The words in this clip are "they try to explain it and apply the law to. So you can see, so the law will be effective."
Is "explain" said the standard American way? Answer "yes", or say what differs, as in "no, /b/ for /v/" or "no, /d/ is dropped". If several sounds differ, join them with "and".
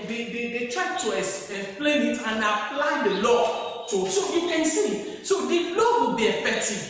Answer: no, /k/ is dropped